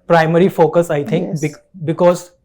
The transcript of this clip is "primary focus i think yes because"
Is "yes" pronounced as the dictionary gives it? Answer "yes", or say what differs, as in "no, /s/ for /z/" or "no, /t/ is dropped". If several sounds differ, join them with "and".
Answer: no, /s/ is dropped